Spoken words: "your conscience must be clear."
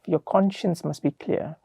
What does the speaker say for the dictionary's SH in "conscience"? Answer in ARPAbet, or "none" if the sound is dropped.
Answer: SH